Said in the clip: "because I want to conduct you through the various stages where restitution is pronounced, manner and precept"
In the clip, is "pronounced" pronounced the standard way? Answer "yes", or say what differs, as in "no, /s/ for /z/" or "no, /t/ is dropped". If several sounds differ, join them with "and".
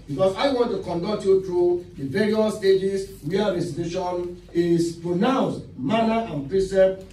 yes